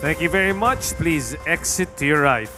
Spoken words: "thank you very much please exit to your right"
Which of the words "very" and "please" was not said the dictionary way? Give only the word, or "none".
none